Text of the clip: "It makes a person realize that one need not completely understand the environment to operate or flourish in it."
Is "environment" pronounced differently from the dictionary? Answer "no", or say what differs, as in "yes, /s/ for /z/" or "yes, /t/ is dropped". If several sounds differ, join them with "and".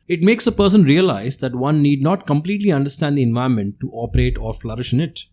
yes, /ɹ/ is dropped